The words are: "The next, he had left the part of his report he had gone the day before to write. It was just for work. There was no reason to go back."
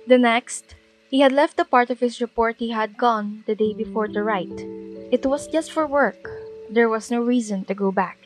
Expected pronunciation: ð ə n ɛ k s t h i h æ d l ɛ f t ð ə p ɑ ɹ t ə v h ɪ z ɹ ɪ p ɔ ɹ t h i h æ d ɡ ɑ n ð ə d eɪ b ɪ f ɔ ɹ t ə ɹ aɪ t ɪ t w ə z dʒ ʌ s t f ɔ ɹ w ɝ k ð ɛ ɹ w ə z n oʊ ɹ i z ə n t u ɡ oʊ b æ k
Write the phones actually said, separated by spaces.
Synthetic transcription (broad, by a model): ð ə n ɛ k s t h i h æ d l ɛ f t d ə p ɑ ɹ t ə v h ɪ s ɹ ɪ p ɔ ɹ t h i h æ d ɡ ɑ n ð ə d eɪ b ɪ f ɔ ɹ t ə ɹ aɪ t ɪ t w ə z dʒ ʌ s t f ɔ ɹ w ɝ k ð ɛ ɹ w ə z n oʊ ɹ i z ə n t u ɡ oʊ b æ k